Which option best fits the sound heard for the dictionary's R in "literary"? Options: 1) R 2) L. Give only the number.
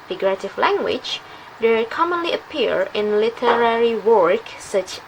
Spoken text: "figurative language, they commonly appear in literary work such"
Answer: 1